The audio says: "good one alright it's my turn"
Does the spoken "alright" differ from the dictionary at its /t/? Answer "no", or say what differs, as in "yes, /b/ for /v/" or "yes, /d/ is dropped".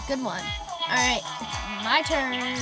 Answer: yes, /t/ is dropped